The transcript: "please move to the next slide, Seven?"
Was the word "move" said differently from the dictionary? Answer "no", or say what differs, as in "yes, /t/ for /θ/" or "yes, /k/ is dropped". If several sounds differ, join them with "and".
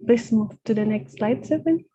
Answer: yes, /f/ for /v/